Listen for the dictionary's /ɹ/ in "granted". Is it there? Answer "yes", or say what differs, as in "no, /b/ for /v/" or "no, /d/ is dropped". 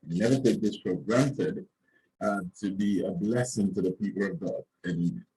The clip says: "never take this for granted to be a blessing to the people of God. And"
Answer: yes